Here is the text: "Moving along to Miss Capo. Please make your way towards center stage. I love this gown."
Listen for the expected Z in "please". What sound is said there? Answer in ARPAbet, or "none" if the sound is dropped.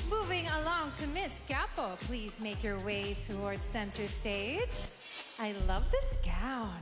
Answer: Z